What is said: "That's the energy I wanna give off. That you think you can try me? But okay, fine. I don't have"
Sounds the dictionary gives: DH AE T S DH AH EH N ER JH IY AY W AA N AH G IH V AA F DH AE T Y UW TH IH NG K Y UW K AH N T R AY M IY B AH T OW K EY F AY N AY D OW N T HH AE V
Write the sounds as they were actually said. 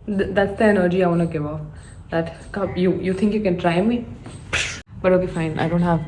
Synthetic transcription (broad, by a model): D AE T S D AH EH N ER JH IY AY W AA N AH G IH V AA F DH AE T Y UW T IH NG K Y UW K AH N T R AY M IY B AH T OW K EY F AY N AY D OW N T HH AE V